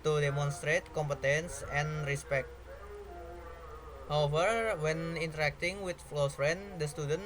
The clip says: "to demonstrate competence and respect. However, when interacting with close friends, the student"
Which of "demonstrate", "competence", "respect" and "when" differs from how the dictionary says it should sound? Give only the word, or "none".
none